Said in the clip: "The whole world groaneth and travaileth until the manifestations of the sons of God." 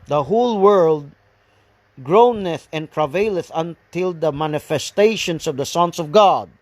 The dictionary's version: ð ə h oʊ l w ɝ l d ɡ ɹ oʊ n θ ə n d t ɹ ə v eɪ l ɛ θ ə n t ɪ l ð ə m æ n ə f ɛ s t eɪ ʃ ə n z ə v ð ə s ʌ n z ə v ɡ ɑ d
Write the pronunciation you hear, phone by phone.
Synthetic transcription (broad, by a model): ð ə h oʊ l w ɝ l d ɡ ɹ oʊ n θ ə n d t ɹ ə v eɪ l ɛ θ ə n t ɪ l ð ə m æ n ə f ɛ s t eɪ ʃ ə n s ə v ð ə s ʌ n s ə v ɡ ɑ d